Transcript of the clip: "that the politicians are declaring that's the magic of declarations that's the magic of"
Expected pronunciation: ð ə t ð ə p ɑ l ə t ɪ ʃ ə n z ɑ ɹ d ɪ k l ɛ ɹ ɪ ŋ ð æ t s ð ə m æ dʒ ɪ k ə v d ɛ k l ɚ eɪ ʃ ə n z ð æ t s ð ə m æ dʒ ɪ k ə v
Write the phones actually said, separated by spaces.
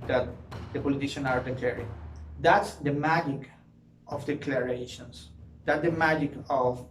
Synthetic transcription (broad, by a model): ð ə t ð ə p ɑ l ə t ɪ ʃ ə n ɑ ɹ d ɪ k l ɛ ɹ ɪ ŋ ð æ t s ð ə m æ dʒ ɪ k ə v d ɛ k l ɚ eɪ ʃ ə n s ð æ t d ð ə m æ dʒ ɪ k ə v